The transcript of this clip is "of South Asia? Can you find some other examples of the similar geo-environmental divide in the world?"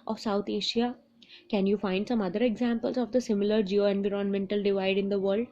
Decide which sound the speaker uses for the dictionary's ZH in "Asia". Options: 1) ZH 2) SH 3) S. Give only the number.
2